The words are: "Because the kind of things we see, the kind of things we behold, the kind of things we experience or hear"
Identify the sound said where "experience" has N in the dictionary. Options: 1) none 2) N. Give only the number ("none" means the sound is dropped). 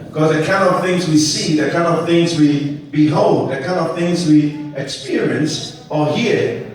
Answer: 2